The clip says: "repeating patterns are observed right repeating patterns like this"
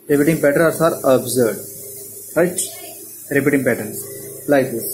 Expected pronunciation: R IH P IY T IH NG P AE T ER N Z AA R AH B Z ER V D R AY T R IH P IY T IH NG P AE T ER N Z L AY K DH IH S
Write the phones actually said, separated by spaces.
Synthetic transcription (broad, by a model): R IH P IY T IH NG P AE T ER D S AA R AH B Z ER D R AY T R IH P IY T IH NG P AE T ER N S L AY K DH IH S